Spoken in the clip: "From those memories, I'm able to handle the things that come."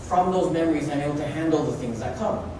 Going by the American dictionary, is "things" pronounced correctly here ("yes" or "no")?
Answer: yes